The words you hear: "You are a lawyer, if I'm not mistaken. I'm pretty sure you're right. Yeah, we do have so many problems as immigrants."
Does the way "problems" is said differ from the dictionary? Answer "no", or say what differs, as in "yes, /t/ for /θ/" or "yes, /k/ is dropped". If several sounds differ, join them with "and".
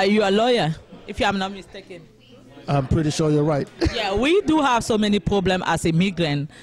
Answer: yes, /z/ is dropped